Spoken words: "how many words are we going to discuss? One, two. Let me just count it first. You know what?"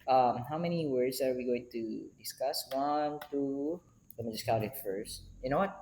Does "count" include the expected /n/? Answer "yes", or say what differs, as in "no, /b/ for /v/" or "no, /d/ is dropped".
no, /n/ is dropped